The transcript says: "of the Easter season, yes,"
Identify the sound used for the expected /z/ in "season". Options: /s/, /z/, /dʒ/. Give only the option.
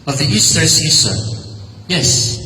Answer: /s/